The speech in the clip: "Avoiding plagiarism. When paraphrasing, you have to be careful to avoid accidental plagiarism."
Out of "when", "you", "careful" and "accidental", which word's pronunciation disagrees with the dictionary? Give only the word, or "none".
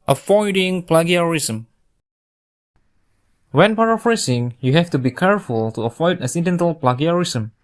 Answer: accidental